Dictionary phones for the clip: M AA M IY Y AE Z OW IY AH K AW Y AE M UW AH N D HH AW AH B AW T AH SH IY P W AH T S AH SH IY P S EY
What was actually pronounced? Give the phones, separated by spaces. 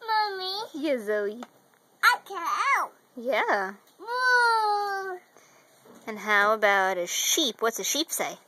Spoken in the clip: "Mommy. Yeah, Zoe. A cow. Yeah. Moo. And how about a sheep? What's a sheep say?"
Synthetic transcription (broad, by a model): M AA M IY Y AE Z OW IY AH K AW Y AE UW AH N HH AW AH B AW T AH SH IY P W AH T S AH SH IY P S EY